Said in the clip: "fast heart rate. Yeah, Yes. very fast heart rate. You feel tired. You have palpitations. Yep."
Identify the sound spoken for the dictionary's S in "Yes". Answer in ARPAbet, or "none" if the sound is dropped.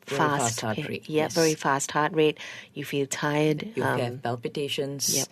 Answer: none